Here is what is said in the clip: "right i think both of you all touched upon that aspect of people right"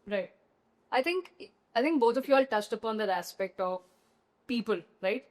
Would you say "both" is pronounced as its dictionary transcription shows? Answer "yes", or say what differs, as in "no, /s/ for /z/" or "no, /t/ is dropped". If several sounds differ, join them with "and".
no, /t/ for /θ/